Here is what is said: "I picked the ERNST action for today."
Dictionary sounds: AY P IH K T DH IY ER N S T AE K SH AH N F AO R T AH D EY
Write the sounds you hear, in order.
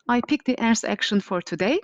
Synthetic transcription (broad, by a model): AY P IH K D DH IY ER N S AE K SH AH N F AO R T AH D EY